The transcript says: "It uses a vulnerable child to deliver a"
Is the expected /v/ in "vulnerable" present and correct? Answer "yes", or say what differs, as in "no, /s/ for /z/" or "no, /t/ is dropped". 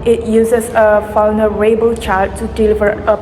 no, /f/ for /v/